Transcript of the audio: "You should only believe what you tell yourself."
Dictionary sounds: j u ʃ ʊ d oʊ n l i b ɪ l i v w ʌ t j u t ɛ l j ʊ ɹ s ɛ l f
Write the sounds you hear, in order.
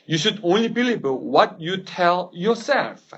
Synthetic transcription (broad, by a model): j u ʃ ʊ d oʊ n l i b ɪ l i b w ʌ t j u t ɛ l j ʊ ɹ s ɛ l f